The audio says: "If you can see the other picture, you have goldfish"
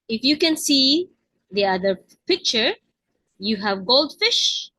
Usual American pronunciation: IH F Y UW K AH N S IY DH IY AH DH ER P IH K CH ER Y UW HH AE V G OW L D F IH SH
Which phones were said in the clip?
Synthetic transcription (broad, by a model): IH F Y UW K AH N S IY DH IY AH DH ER P IH K CH ER Y UW HH AE V G OW L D F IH SH